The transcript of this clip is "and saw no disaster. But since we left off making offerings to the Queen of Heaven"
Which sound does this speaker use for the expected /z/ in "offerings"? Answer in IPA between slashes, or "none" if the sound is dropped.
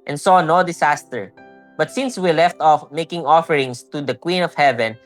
/s/